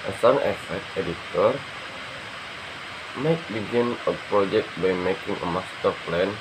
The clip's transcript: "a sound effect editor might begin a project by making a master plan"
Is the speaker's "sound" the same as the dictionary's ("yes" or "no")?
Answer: no